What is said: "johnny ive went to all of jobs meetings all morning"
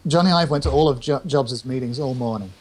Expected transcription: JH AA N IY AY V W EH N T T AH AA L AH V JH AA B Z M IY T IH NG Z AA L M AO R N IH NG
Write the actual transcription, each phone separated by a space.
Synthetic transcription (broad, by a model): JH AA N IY AY V W EH N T T AH AA L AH V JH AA B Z M IY T IH NG Z AA L M AO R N IH NG